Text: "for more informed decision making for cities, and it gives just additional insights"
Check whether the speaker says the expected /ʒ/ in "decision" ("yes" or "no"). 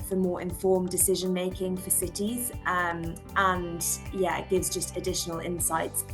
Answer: yes